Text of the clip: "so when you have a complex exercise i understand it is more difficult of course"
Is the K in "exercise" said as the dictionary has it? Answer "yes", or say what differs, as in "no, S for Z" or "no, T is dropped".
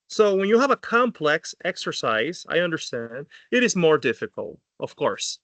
yes